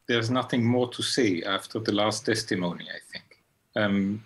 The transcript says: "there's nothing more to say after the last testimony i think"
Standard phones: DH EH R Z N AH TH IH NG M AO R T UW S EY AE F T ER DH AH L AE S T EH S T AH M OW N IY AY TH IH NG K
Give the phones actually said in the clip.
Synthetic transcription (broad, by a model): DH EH R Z N AH TH IH NG M AO R T UW S EY AE F T ER DH AH L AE S T EH S T AH M OW N IY AY TH IH NG K